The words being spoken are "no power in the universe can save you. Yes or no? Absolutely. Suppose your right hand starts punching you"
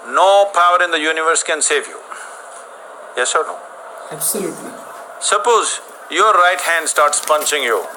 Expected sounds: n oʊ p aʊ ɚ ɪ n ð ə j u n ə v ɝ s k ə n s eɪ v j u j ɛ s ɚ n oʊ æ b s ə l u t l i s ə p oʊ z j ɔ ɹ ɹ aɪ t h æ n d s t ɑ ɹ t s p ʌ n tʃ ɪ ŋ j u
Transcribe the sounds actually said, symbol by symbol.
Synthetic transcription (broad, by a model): n oʊ p aʊ ɚ ɪ n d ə j u n ə v ɝ s k ə n s eɪ v j u j ɛ s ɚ n oʊ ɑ s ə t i s ə p oʊ z j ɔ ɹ ɹ aɪ t h æ n d s t ɑ ɹ t s p ʌ n tʃ ɪ ŋ j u